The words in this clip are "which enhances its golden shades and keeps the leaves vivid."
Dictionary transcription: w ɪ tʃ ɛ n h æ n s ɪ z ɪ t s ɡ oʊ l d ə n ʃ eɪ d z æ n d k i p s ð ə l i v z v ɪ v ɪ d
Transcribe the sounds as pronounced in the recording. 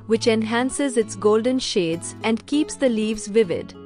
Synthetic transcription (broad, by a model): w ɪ tʃ ɛ n h æ n s ɪ z ɪ t s ɡ oʊ l d ə n ʃ eɪ d z æ n d k i p s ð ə l i v z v ɪ v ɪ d